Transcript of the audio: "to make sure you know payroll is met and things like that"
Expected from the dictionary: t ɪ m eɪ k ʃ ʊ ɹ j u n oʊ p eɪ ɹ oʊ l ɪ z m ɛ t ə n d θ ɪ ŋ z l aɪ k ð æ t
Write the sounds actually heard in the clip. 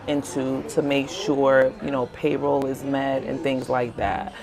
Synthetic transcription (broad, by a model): t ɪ m eɪ k ʃ ʊ ɹ j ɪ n oʊ p eɪ ɹ oʊ l ɪ z m ɛ t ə n θ ɪ ŋ z l aɪ k ð æ t